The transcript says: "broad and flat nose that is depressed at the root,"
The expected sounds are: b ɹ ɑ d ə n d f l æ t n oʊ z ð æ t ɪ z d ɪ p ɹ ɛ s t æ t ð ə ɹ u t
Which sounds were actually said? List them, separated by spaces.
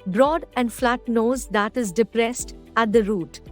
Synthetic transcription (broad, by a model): b ɹ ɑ d ə n d f l æ t n oʊ z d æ t ɪ z d ɪ p ɹ ɛ s t æ t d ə ɹ u t